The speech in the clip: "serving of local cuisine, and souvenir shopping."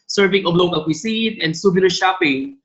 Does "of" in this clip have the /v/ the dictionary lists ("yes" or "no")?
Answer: no